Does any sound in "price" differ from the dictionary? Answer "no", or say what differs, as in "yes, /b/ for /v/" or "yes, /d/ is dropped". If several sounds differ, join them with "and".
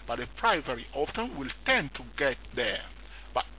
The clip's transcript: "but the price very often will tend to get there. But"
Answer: yes, /s/ is dropped